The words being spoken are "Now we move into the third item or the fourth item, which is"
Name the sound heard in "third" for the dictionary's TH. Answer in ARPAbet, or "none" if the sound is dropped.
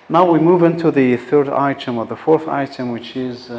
TH